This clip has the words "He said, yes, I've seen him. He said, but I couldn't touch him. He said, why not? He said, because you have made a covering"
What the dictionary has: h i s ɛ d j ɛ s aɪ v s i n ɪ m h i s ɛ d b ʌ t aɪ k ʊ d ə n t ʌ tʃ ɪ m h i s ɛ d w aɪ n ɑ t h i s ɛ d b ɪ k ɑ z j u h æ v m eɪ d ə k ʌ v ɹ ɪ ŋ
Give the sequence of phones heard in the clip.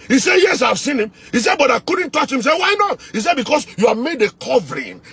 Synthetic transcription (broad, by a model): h i s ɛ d j ɛ s aɪ v s i n ɪ m h i s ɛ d b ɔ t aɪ k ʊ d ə n t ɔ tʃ ɪ m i s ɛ w aɪ n ɑ t h i s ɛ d b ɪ k ɑ s j u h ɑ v m eɪ d ə k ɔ v ɹ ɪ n